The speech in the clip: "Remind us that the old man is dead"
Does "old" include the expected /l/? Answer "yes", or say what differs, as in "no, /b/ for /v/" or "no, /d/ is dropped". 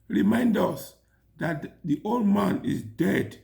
yes